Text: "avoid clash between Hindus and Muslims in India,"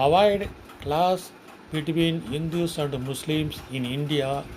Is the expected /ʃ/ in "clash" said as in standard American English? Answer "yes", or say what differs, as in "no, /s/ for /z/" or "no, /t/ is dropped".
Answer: no, /s/ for /ʃ/